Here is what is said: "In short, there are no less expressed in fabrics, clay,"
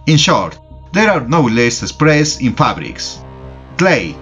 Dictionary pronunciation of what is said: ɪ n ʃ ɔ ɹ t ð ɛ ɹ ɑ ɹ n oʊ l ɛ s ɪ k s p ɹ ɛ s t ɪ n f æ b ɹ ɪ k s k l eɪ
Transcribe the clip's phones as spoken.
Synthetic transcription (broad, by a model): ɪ n ʃ ɔ ɹ t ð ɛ ɹ ɑ ɹ n oʊ l ɛ s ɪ s p ɹ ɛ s ɪ n f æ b ɹ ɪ k s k l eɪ